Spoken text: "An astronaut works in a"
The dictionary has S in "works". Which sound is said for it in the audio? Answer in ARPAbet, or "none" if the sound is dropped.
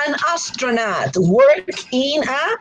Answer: none